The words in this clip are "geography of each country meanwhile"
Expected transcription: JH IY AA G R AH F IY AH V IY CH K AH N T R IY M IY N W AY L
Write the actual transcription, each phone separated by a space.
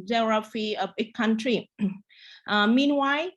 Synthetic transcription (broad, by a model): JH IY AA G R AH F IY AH B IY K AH N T R IY M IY N W AY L